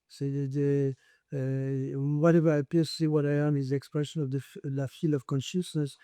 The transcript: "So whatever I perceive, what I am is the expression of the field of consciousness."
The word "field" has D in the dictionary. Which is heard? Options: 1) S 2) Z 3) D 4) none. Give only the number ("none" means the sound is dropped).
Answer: 4